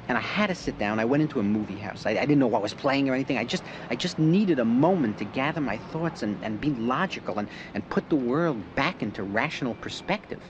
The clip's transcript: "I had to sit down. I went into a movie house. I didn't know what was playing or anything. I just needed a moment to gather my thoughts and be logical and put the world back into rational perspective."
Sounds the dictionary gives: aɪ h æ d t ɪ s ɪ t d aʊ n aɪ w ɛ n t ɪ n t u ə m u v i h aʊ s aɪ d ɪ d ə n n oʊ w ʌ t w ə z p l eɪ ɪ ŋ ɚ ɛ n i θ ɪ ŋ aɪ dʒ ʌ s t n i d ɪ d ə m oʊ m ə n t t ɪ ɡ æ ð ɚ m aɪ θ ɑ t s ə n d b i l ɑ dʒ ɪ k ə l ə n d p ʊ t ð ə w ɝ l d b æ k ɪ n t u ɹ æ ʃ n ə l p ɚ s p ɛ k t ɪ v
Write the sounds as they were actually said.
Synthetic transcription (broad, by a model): aɪ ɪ d t ɪ s ɪ t d aʊ n aɪ w ɛ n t ɪ n t u ə m u v i h aʊ s aɪ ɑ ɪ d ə n n oʊ w ʌ t w ə z p l eɪ ɪ ŋ ɚ ɛ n i θ ɪ ŋ aɪ dʒ ʌ s t n i d ɪ d ə m oʊ m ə n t t ɪ ɡ æ ð ɚ m aɪ θ ɑ t s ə n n b i l ɑ dʒ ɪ k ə l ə n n p ʊ t ð ə w ɝ l d b æ k ɪ n t u ɹ æ ʃ n l p ɚ s p ɛ k t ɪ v